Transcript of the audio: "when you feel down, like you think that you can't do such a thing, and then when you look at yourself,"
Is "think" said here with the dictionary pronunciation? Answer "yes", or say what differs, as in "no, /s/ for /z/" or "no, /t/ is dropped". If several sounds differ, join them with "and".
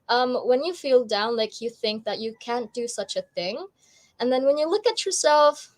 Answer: yes